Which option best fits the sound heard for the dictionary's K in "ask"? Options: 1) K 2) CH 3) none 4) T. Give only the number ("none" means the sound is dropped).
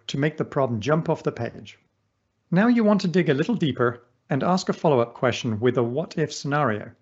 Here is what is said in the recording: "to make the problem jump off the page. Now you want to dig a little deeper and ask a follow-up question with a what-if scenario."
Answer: 1